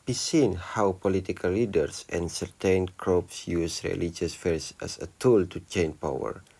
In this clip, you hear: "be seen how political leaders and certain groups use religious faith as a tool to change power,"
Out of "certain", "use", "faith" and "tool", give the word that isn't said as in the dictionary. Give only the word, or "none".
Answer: faith